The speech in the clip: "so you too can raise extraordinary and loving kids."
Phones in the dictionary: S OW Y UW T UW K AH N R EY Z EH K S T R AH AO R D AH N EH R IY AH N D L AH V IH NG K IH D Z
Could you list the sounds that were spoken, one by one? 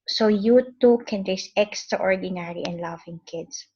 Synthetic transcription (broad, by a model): S OW Y UW T UW K AH N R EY S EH K S T R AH AO R D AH N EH R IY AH N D L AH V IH NG K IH D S